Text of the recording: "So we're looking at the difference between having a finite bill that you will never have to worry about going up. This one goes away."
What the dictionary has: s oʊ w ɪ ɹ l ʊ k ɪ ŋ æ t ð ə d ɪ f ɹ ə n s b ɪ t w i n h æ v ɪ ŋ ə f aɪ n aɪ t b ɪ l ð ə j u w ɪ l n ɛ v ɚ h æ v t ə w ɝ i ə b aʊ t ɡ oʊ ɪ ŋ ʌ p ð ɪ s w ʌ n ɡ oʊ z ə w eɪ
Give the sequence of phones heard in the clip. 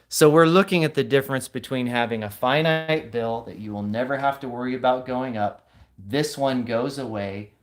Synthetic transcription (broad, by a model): s oʊ w ɪ ɹ l ʊ k ɪ ŋ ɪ t ð ə d ɪ f ɹ ə n s b ɪ t w i n h æ v ɪ ŋ ə f aɪ n aɪ t b ɪ l ð ə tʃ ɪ w ɪ l n ɛ v ɚ h æ f t ə w ɝ i ə b aʊ t ɡ oʊ ɪ ŋ ʌ p ð ɪ s w ʌ n ɡ oʊ z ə w eɪ